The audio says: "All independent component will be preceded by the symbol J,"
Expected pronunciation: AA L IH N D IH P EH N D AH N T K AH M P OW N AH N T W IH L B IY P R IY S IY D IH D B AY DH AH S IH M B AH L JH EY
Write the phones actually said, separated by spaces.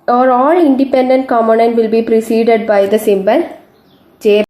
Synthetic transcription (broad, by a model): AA L IH N D IH P EH N D AH N T K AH M OW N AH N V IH L B IY P R IY S IY D IH D B AY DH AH S IH M B AH L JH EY